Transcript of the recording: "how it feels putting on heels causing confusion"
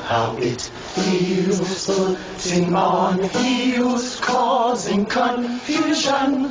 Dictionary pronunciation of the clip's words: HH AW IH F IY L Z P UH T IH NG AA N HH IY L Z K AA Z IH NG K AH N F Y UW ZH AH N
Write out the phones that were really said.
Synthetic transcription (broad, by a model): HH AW IH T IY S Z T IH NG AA N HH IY W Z K AA Z IH NG K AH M F Y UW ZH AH N